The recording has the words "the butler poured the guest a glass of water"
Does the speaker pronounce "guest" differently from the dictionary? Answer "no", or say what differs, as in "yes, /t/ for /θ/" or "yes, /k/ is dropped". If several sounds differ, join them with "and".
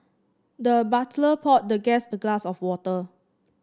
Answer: yes, /t/ is dropped